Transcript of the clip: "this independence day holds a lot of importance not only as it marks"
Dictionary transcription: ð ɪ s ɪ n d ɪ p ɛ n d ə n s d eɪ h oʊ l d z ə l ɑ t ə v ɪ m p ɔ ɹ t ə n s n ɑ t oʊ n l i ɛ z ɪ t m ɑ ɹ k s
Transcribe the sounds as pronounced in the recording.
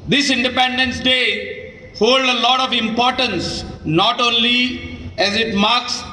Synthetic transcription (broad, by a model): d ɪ s ɪ n d ɪ p ɛ n d ə n s d eɪ h oʊ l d ə l ɑ t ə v ɪ m p ɔ ɹ t ə n s n ɑ t oʊ n l i ɛ z ɪ t m ɑ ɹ k s